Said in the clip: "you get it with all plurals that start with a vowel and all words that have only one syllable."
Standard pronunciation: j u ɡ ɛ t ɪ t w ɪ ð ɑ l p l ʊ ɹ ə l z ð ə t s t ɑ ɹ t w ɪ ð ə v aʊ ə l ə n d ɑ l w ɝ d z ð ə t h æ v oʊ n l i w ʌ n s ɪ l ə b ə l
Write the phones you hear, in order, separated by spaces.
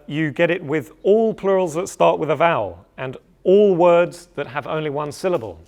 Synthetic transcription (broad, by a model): j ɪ ɡ ɛ t ɪ t w ɪ ð ɑ l p l ʊ ɹ ə l z ð ə t s t ɑ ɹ t w ɪ ð ə v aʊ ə l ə n ɑ l w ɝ d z ð ə t h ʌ v oʊ n l i w ʌ n s ɪ l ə b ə l